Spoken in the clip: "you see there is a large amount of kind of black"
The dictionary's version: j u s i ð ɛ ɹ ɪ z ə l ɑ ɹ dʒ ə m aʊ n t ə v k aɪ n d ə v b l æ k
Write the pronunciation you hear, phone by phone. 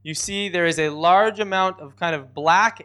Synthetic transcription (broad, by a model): j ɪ s i ð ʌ ɹ ɪ z ə l ɑ ɹ dʒ ə m aʊ n t ə v k aɪ n d ə v b l æ k